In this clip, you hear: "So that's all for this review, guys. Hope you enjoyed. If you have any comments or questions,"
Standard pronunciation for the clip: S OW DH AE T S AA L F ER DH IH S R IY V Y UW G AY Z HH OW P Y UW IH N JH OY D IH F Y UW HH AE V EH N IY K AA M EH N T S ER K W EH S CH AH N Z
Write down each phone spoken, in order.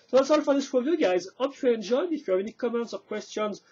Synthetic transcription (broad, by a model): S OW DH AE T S AA L F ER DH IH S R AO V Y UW G AY Z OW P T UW IH N JH OY D IH F Y UW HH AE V EH N IY K AA M EH N T S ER K W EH S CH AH N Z